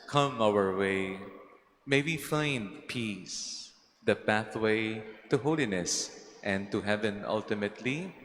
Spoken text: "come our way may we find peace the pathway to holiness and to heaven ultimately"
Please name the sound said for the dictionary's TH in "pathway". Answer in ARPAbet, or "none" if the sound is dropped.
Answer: TH